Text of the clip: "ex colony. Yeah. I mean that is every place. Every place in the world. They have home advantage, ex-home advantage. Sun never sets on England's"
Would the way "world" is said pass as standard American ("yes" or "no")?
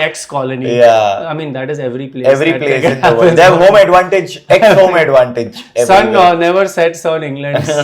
no